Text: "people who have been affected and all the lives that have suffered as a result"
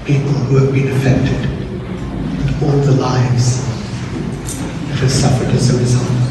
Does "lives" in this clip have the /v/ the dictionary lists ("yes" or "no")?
yes